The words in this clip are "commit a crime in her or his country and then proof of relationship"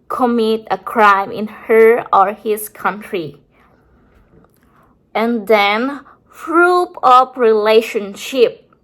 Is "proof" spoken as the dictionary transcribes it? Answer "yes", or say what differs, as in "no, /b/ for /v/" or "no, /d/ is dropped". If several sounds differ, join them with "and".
no, /f/ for /p/ and /p/ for /f/